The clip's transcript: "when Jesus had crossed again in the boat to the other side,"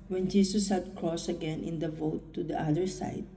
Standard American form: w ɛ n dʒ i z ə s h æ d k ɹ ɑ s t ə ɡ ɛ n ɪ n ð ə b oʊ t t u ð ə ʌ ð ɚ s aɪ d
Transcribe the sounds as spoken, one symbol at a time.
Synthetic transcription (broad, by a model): w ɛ n dʒ i s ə s h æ d k ɹ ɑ s ə ɡ ɛ n ɪ n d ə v oʊ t t u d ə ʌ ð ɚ s aɪ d